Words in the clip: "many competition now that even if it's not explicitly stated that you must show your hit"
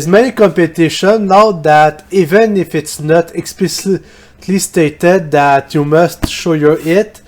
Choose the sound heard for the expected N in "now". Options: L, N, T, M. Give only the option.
L